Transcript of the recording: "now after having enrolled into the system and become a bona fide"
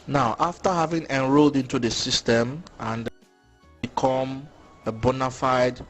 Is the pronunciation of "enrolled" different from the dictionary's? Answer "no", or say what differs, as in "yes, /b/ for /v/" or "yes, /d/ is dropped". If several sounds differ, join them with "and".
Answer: no